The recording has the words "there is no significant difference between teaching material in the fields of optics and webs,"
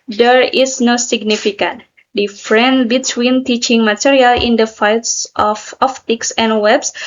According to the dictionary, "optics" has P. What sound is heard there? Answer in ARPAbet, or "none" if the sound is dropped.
F